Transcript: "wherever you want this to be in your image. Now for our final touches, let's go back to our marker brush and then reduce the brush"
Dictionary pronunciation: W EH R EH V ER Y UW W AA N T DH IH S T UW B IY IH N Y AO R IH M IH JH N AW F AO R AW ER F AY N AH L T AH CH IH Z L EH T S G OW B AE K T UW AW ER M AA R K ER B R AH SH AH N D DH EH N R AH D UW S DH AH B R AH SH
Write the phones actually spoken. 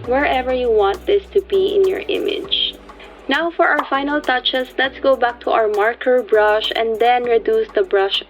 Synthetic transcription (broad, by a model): W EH R EH V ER Y UW W AA N T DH IH S T UW B IY IH N Y AO R IH M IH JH N AW F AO R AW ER F AY N AH L T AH CH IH S L EH T S G OW B AE K T UW AW ER M AA R K ER B R AH SH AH N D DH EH N R AH D UW S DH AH B R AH SH